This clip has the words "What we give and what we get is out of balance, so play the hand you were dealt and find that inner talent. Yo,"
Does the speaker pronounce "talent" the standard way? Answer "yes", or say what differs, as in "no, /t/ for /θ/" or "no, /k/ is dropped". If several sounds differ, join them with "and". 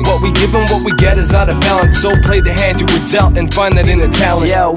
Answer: no, /l/ is dropped